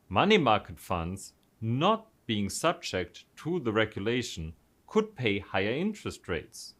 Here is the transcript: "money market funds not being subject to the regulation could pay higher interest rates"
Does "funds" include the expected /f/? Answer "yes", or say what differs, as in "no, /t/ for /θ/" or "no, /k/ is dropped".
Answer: yes